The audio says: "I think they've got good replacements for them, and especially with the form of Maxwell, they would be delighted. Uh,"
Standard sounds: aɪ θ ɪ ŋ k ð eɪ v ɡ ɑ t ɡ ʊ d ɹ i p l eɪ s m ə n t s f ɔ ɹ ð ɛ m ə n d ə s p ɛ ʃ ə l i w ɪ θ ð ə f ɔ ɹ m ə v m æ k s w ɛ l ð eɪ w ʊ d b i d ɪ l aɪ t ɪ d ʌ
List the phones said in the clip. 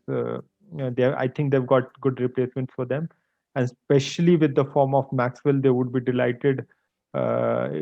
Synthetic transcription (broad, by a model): aɪ t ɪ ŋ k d eɪ v ɡ ɑ t ɡ ʊ d ɹ i p l eɪ s m ə n t s f ɔ ɹ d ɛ m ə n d s p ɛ ʃ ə l i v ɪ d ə f ɔ ɹ m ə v m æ k s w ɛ l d eɪ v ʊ d b i d ɪ l aɪ t ɪ d